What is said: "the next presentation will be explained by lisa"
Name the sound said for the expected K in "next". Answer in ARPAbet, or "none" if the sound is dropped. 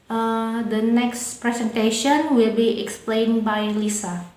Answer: K